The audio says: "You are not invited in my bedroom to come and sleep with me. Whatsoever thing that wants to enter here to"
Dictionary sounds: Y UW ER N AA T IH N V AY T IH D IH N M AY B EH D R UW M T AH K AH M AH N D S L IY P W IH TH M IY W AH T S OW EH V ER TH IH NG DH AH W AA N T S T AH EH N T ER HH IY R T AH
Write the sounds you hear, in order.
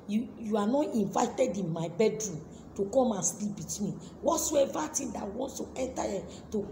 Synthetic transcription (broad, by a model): Y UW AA N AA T IH N V AY T IH D IH N M AY B EH D R UW M T AH K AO M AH N S L IY P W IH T M IY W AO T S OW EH V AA T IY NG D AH W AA N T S T AH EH N T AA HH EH T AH